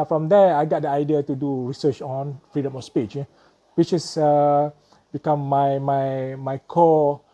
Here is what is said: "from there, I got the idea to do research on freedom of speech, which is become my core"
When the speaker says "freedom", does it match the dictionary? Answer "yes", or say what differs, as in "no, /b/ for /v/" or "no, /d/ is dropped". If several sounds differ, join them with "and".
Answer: yes